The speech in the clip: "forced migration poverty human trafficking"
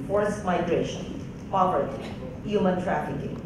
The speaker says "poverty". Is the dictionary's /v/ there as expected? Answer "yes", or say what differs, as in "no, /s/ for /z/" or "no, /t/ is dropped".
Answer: no, /p/ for /v/